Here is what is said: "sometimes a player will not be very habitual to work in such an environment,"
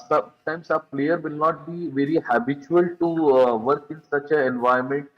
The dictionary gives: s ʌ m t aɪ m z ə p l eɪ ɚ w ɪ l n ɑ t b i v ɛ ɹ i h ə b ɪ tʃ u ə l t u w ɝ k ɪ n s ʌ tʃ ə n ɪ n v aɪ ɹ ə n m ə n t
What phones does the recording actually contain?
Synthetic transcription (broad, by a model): s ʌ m t aɪ m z ə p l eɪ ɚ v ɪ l n ɑ t b i v ɛ ɹ i h ə b ɪ tʃ u ə l t u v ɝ k ɪ n s ʌ tʃ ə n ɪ n v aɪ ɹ m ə n t